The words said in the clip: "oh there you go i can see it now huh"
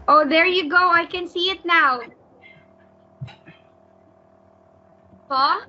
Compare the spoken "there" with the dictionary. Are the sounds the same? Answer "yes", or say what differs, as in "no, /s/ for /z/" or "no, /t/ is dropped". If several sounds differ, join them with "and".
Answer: yes